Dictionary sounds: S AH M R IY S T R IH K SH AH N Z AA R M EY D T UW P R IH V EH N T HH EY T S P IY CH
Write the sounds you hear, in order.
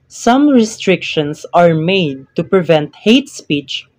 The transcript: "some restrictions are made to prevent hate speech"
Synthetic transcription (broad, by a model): S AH M R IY S T R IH K SH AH N S AA R M EY D T UW P R IH V EH N T HH EY T S P IY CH